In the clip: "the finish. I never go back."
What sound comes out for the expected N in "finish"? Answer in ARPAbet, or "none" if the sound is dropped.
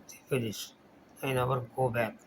L